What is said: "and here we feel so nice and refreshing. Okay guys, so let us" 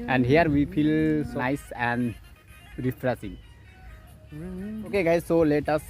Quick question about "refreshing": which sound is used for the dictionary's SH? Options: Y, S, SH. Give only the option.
S